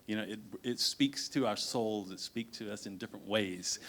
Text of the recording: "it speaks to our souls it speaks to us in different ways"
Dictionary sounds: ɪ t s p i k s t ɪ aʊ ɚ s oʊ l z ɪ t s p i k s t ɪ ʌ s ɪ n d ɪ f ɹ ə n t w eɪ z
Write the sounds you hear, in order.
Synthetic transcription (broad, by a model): ɪ t s p i k s t ɪ aʊ ɚ s oʊ l z ɪ t s p i k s t ɪ ʌ s ɪ n d ɪ f ɹ ə n t w eɪ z